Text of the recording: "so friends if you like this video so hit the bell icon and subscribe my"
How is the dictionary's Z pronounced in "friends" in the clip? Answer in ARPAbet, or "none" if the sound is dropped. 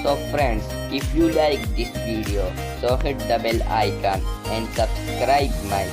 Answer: S